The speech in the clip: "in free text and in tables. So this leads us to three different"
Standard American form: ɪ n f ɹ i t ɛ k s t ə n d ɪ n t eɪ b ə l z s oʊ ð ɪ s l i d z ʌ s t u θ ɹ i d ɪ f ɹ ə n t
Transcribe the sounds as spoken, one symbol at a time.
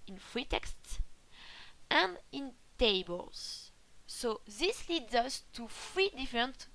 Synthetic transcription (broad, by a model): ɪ n f ɹ i t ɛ k s t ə n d ɪ n t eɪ b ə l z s oʊ ð ɪ s l i d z ʌ s t u f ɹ i d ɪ f ɹ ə n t